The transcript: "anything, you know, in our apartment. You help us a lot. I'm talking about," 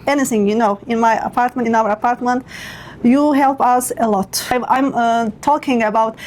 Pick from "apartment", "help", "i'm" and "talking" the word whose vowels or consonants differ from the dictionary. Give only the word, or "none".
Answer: none